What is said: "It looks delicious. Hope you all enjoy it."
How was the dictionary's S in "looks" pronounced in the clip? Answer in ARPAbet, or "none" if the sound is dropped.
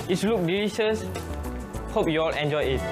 none